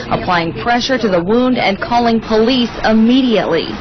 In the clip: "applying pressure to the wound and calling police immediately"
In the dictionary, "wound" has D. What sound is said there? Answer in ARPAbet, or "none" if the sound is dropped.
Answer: D